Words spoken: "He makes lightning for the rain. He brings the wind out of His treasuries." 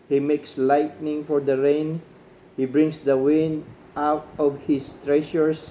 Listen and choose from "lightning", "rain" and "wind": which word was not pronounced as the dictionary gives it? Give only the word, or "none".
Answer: wind